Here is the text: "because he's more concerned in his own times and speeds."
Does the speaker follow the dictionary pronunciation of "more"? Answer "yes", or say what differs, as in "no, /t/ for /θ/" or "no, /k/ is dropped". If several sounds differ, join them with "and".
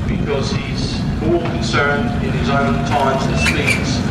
no, /l/ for /ɹ/